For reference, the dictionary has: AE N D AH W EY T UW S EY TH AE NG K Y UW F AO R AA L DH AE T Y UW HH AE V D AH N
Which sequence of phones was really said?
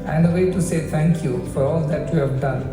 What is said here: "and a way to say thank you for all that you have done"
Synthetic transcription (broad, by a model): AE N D AH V EY T UW S EY T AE NG K Y UW F AO R AA L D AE T Y UW HH AE V D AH N